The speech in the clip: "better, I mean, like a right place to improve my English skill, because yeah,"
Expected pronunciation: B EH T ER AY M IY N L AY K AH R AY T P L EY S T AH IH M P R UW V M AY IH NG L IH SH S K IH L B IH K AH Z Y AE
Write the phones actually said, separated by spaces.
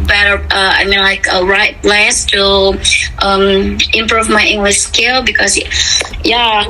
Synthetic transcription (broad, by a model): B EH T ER AY M IY N L AY K AH R AY T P L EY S T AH IH M P R UW V M AY IH NG L IH SH S K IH L B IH K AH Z Y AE